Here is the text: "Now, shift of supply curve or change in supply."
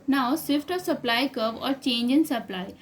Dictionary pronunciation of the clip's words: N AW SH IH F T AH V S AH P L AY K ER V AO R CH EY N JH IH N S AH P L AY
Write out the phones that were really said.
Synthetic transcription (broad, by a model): N AW S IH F T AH S AH P L AY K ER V AO R CH EY N JH IH N S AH P L AY